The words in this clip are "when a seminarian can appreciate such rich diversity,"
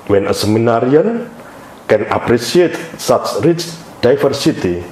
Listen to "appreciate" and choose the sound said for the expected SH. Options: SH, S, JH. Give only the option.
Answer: S